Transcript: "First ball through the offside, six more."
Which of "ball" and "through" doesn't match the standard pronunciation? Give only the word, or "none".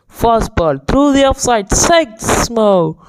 through